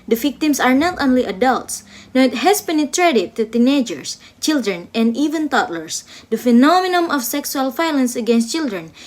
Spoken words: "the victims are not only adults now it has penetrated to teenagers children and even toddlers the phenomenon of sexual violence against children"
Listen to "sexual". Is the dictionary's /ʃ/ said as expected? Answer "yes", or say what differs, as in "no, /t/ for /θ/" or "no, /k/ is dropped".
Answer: no, /s/ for /ʃ/